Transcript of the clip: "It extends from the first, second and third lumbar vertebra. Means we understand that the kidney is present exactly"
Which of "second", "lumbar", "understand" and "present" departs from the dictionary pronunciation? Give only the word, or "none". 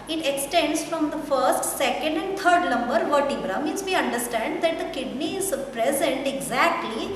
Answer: lumbar